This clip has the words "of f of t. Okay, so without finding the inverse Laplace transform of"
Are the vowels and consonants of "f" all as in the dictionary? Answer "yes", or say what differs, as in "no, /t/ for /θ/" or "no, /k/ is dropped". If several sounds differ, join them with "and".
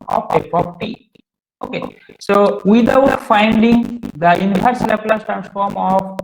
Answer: no, /p/ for /f/